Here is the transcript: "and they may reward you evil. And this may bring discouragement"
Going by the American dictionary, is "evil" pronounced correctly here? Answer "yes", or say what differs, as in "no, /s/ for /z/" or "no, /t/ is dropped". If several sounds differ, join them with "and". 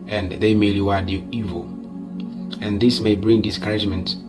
yes